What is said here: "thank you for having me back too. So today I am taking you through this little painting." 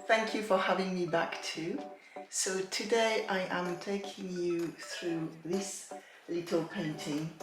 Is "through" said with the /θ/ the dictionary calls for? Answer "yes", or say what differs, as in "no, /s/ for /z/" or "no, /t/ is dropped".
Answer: yes